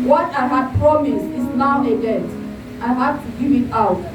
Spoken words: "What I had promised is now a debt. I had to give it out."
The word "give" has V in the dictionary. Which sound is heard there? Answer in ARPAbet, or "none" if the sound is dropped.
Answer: none